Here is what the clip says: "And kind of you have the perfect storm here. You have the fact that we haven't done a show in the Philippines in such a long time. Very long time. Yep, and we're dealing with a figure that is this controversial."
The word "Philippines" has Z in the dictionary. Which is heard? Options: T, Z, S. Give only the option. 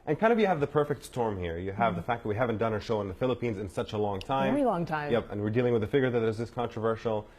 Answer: Z